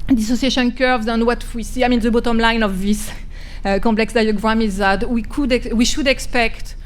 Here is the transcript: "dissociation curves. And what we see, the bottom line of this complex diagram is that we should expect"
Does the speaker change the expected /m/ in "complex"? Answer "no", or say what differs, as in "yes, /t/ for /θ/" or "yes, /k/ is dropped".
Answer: yes, /m/ is dropped